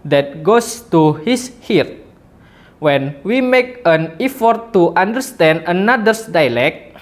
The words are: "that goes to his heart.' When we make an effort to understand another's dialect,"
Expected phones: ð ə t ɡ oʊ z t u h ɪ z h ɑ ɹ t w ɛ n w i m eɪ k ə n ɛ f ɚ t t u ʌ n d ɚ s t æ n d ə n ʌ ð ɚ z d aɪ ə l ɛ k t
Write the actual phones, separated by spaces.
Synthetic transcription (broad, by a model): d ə t ɡ oʊ s t u h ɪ s h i ɹ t w ɛ n w i m eɪ k ə n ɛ f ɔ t t u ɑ n d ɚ s t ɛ n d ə n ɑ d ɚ s d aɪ l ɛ k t